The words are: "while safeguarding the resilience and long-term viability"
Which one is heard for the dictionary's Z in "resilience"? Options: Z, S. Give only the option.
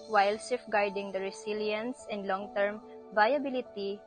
S